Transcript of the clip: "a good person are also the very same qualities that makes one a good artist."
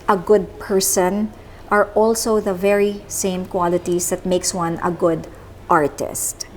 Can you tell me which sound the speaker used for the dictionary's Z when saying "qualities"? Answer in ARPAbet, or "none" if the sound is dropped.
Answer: S